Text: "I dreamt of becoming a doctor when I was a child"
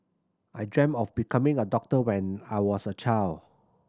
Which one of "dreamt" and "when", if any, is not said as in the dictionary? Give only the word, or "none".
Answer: dreamt